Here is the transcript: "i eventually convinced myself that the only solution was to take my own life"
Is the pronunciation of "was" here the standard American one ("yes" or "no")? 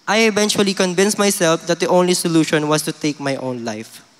no